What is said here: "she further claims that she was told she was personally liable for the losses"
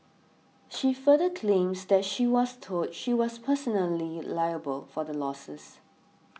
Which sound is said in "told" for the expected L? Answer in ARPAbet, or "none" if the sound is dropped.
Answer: none